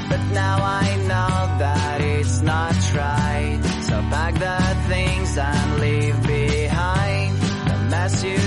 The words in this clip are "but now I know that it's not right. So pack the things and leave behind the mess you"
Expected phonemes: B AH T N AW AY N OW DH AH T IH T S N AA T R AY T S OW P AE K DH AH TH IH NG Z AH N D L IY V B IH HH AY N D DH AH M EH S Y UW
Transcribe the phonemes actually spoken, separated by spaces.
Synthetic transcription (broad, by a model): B AH T N AW AY N OW DH AH T IH T S N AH T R AY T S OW B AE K DH AH TH IH NG Z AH N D L IY V B IH HH AY N D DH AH M EH S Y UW